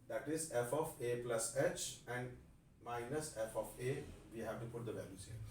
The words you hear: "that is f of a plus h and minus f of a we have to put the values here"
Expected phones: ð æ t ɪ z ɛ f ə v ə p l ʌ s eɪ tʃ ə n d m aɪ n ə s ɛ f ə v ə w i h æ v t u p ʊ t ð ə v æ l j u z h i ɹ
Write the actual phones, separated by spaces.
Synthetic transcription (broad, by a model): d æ t ɪ z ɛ f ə f ə p l ʌ s eɪ tʃ ə n d m aɪ n ə s ɛ f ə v ə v i h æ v t u p ʊ t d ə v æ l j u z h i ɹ